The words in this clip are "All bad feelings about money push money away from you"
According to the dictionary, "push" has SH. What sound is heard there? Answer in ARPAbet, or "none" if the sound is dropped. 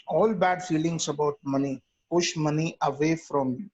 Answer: SH